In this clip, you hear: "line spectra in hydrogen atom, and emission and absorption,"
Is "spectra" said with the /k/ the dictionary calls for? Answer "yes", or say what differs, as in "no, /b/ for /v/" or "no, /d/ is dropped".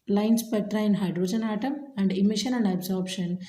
no, /k/ is dropped